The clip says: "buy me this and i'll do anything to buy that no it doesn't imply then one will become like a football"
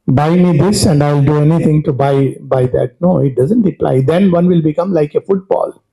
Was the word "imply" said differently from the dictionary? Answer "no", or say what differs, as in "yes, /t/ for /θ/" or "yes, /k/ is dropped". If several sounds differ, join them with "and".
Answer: yes, /m/ is dropped